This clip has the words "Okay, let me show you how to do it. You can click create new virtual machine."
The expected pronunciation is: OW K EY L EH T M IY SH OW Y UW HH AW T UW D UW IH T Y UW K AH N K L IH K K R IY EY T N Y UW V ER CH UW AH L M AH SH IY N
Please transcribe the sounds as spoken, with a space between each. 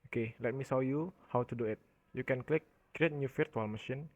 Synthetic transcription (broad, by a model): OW K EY L EH T M IY S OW Y UW HH AW T UW D UW IH T Y UW K AH N K L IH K K R IY EY T N Y UW F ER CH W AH L M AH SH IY N